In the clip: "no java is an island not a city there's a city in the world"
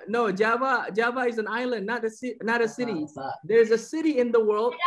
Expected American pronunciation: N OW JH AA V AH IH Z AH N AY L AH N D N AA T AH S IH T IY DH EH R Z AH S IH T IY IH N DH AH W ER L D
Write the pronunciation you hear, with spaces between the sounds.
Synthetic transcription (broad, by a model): N OW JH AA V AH IH Z AH N AY L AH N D N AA T AH S IH T IY DH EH R Z AH S IH T IY IH N DH AH W ER L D